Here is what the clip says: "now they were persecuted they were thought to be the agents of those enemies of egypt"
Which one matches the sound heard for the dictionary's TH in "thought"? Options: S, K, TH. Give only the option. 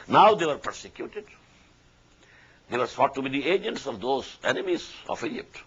S